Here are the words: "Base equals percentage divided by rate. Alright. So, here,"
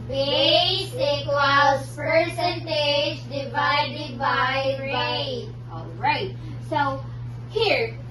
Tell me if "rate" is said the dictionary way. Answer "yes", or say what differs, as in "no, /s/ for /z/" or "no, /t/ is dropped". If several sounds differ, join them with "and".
no, /t/ is dropped